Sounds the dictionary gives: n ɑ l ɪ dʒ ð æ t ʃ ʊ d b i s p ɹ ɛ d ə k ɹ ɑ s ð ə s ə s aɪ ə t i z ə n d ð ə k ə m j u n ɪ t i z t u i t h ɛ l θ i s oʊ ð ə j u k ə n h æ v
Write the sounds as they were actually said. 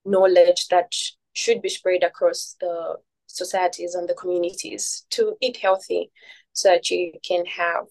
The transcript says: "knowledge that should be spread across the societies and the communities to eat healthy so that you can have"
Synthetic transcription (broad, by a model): n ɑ l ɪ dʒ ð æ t ʃ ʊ d b i s p ɹ ɛ d ə k ɹ ɑ s ð ə s ə s aɪ ə t i z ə n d ð ə k ə m j u n ɪ t i z t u i t h ɛ l θ i s oʊ ð ə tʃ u k ə n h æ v